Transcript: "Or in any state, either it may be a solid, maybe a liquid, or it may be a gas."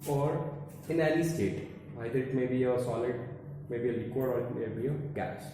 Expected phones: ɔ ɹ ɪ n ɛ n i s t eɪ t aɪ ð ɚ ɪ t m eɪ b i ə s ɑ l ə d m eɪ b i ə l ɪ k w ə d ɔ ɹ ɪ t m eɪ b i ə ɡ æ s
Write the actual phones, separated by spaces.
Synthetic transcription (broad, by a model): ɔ ɹ ɪ n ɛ l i s t eɪ t aɪ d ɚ ɪ t m eɪ b i ə s ɑ l ə d m eɪ b i ə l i k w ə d ɔ ɹ ɪ t m eɪ b i ə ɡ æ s